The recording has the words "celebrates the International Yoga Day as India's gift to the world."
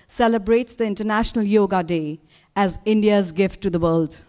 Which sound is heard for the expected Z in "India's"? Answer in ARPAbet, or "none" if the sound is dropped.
Z